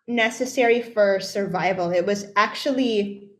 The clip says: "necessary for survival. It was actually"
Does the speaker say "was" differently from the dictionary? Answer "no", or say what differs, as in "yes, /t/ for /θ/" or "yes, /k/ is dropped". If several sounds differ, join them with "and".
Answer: no